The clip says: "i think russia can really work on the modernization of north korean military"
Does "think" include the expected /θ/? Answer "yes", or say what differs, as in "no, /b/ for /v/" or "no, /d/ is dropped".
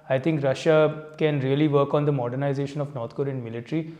no, /t/ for /θ/